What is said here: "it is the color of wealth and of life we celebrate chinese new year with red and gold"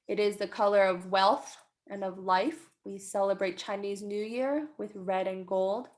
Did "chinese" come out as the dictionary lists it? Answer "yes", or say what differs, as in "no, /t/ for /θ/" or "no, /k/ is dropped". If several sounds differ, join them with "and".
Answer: yes